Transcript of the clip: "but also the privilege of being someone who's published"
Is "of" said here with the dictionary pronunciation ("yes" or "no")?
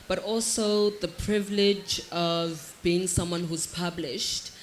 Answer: yes